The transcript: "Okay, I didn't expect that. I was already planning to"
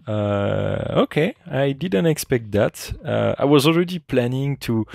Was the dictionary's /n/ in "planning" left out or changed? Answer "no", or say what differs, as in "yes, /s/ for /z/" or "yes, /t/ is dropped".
no